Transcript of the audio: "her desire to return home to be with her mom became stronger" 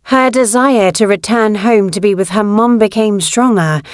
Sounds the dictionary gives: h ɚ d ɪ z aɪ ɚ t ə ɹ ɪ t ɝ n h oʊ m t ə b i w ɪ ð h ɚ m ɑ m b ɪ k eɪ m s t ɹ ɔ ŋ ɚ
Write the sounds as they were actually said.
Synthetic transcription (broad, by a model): h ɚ d ɪ z aɪ ɚ t ə ɹ ɪ t ɝ n h oʊ m t ə b i w ɪ ð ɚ m ɑ m b ɪ k eɪ m s t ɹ ɔ ŋ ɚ